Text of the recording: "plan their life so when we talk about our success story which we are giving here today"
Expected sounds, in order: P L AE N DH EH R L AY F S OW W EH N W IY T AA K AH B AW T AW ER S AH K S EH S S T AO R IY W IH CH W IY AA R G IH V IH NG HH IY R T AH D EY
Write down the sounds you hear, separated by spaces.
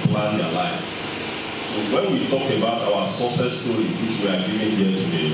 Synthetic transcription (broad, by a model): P L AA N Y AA L AY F S OW W EH N W IY T AA K AH B AW T AW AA S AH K S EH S S T AO R IY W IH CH W IY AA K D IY IH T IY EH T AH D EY